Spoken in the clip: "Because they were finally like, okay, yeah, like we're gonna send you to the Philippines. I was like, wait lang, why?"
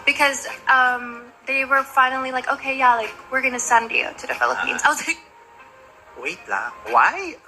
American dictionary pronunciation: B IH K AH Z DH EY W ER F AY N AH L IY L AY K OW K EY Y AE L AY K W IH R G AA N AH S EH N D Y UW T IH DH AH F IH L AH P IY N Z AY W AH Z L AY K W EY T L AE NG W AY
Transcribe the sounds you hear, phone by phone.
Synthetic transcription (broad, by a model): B IH K AH Z DH EY W ER F AY N L IY L AY K OW K EY Y AE L AY K W IH R G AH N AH S EH N D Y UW T IH DH AH F IH L AH P IY N Z AY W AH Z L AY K W EY T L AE W AY